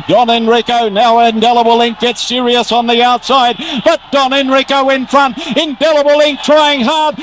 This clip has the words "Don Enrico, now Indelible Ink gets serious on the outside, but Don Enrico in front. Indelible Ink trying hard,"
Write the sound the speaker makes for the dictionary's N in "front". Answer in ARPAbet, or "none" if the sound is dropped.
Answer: N